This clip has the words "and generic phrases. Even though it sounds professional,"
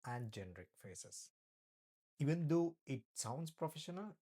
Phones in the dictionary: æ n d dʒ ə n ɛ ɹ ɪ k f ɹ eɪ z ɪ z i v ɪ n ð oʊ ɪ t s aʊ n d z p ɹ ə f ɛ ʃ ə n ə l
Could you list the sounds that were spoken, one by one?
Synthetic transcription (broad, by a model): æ n d dʒ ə n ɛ ɹ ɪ k f eɪ s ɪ s i v ɪ n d oʊ ɪ t s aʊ n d s p ɹ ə f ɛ ʃ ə n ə l